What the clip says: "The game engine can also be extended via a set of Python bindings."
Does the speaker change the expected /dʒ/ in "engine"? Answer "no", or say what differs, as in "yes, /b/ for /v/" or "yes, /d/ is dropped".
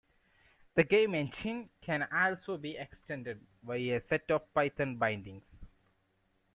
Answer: yes, /ʃ/ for /dʒ/